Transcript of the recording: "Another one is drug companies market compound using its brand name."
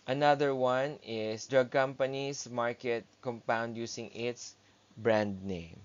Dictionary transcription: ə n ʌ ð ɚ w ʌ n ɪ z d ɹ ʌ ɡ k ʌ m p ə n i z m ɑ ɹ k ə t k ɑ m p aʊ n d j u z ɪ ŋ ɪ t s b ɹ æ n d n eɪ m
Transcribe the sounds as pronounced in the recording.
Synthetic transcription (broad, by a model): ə n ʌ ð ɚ w ʌ n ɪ s d ɹ ʌ ɡ k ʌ m p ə n i s m ɑ ɹ k ə t k ɑ m p aʊ n d j u s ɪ ŋ ɪ t s b ɹ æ n d n eɪ m